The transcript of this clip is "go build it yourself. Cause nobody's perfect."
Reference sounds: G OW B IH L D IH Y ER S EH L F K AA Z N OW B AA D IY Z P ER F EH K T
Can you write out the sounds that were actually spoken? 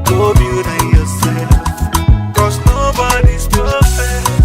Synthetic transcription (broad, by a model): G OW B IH D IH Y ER S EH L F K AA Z N OW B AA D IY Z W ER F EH